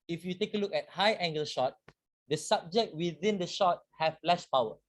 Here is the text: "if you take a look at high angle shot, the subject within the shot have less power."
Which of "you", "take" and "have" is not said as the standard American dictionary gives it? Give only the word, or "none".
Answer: have